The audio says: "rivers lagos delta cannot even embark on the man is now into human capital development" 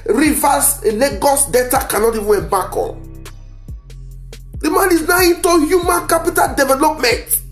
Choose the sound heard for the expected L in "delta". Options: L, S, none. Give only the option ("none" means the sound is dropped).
none